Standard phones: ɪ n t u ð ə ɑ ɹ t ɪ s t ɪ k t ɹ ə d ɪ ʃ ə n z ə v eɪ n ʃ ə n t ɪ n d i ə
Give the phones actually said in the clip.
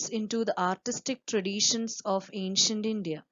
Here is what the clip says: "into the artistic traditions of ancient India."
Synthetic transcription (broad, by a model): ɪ n t u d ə ɑ ɹ t ɪ s t ɪ k t ɹ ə d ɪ ʃ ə n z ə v eɪ n ʃ ə n t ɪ n d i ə